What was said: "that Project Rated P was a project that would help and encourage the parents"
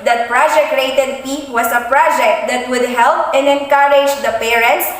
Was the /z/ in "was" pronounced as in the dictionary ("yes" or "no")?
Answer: no